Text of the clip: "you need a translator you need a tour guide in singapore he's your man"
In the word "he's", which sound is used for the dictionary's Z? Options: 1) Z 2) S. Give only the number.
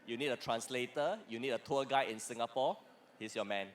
2